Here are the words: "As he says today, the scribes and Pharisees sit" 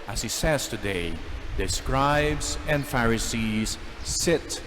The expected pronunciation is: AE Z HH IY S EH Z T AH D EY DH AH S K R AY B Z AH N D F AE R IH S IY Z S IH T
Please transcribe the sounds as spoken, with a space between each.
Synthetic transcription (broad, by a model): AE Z HH IY S EH Z T AH D EY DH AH S K R AY B Z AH N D F AE R IH S IY Z S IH T